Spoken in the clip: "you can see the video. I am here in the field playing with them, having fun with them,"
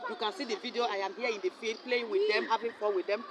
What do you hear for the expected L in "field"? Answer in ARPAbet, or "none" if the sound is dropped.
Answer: none